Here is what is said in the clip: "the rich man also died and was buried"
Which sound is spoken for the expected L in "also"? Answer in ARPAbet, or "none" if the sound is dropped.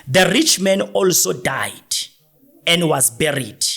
L